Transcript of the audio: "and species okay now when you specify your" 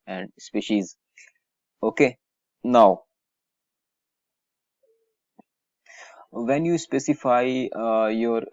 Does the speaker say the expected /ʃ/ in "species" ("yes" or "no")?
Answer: yes